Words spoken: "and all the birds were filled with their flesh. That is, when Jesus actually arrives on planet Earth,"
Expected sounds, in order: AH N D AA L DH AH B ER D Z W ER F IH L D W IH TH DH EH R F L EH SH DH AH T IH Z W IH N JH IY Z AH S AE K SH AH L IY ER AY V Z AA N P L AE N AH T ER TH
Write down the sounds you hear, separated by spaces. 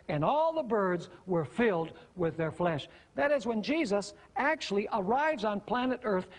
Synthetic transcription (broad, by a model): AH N AA L DH AH B ER D Z W ER F IH L D W IH DH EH R F L EH SH DH AH T IH Z W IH N JH IY Z AH S AE K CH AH L IY ER AY V Z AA N P L AE N AH T ER TH